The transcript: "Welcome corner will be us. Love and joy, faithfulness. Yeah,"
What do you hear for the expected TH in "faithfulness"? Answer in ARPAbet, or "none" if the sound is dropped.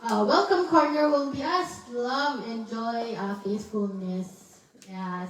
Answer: S